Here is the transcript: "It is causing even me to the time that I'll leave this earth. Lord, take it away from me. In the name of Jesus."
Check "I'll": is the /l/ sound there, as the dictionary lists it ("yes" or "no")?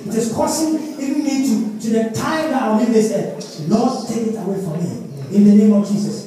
no